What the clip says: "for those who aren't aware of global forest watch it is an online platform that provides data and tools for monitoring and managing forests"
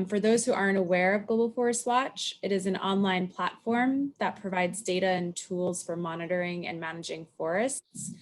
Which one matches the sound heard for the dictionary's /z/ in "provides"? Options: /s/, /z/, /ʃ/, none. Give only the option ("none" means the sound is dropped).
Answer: /z/